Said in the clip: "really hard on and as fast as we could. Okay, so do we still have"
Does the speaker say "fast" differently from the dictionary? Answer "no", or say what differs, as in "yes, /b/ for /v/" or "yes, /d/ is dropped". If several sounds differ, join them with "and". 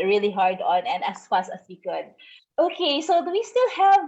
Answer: yes, /t/ is dropped